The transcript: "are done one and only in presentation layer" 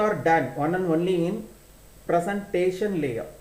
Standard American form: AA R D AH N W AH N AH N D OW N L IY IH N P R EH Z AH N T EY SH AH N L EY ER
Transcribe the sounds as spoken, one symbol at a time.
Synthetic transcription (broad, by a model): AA R D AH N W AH N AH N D OW N L IY IH N P R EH S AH N T EY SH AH N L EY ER